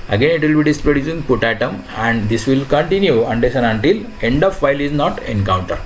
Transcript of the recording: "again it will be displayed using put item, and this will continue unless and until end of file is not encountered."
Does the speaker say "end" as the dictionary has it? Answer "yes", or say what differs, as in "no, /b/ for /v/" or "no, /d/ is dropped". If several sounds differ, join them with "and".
yes